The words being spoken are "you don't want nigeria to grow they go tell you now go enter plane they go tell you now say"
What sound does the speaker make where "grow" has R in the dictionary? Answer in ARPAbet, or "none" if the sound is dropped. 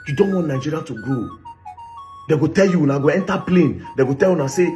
none